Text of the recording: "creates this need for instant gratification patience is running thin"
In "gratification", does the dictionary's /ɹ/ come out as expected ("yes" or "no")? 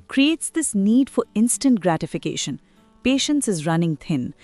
yes